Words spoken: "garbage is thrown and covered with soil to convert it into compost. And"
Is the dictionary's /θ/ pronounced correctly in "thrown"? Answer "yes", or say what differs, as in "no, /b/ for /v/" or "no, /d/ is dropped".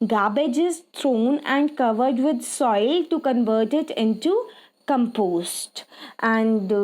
no, /t/ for /θ/